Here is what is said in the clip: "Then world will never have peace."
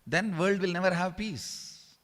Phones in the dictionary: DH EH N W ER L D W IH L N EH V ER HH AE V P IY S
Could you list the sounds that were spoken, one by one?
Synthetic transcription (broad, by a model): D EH N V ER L D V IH L N EH V ER HH AE V P IY S